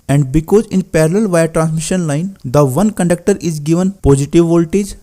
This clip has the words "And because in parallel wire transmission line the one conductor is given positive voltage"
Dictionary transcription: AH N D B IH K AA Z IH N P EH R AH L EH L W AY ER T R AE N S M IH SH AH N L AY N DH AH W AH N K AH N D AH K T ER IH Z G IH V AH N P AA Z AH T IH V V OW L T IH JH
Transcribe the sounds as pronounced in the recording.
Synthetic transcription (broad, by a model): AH N D B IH K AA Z IH N P EH R AH L EH L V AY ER T R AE N S M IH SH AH N L AY N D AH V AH N K AH N D AH K T ER IH Z G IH V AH N P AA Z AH T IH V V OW L T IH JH